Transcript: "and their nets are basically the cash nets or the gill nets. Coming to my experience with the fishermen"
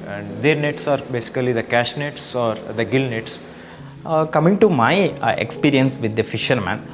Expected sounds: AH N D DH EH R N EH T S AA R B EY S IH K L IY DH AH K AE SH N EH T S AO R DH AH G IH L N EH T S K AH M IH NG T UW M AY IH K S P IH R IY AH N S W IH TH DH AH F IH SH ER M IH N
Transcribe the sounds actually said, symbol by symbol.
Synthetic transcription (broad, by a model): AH N D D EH R N EH T S AA R B EY S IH K L IY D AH K AE SH N EH T S AO R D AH G IH L N EH T S K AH M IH NG T UW M AY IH K S P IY R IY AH N S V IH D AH F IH SH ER M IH N